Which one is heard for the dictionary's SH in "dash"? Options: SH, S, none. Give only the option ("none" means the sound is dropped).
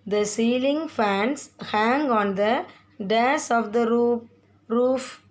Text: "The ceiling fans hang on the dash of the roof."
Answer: S